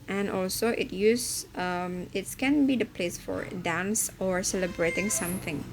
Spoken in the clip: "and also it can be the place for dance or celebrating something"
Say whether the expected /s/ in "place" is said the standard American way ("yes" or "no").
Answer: yes